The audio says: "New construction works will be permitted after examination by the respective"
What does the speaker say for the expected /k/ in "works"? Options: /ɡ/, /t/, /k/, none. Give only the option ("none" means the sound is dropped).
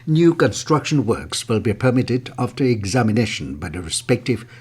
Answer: /k/